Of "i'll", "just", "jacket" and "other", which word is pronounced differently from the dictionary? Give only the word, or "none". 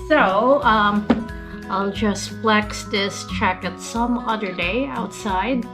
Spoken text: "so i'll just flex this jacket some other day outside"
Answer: jacket